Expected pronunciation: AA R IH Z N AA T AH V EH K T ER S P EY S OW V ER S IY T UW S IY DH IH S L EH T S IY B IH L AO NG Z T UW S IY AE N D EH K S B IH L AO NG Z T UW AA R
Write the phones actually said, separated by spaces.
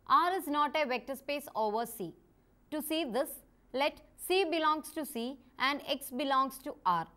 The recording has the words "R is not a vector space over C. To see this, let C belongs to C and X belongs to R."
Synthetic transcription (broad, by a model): AA R IH Z N AA T AH V EH K T ER S P EY S OW V ER S IY T UW S IY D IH S L EH T S IY B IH L AO NG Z T UW S IY AE N D EH K S B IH L AO NG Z T UW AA R